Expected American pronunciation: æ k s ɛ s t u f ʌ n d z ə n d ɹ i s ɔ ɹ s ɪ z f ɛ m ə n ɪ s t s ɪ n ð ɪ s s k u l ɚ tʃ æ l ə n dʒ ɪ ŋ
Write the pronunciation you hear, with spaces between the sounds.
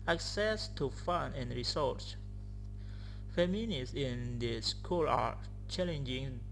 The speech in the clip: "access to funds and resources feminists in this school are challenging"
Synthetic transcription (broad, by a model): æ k s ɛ s t u f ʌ n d ə n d ɹ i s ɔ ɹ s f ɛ m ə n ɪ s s ɪ n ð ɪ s s k u l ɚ tʃ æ l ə n dʒ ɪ ŋ